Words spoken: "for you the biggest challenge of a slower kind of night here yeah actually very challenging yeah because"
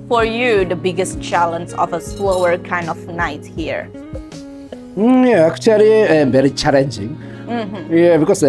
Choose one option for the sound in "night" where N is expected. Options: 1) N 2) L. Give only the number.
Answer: 1